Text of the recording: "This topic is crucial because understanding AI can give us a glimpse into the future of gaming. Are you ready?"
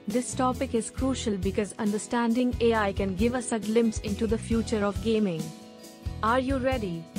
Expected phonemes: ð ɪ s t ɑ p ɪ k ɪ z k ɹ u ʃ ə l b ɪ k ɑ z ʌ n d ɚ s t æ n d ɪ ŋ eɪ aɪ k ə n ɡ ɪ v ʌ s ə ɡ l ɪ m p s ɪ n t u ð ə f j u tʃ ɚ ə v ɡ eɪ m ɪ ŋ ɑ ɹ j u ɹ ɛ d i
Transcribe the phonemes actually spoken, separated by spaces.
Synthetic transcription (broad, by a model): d ɪ s t ɑ p ɪ k ɪ z k ɹ u ʃ ə l b ɪ k ɑ z ʌ n d ɚ s t æ n d ɪ ŋ eɪ aɪ k ə n ɡ ɪ v ʌ s ə ɡ l ɪ m p s ɪ n t u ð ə f j u tʃ ɚ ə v ɡ eɪ m ɪ ŋ ɑ ɹ j u ɹ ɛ d i